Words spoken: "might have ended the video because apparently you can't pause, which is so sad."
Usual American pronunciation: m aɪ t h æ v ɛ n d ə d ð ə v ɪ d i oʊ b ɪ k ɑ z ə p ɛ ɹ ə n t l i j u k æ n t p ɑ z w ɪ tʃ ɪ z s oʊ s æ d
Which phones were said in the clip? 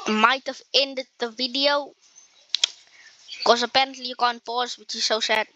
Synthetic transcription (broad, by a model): m aɪ t h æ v ɛ n d ə d ð ə v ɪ d i oʊ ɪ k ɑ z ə p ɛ ɹ ə n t l i j u k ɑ n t p ɑ z w ɪ tʃ ɪ z s oʊ s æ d